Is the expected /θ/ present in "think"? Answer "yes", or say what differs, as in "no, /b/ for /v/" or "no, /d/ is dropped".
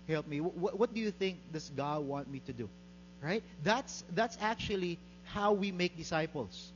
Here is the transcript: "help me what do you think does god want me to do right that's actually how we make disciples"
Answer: yes